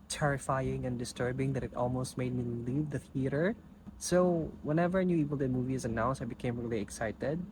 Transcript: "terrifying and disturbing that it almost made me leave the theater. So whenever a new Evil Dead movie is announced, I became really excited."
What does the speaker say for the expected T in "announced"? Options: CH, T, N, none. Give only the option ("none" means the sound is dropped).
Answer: none